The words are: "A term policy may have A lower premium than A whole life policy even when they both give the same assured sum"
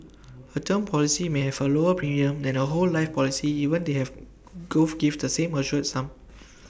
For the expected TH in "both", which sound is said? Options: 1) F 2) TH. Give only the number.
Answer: 1